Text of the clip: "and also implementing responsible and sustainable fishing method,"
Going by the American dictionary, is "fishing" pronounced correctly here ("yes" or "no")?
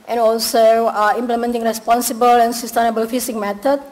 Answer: no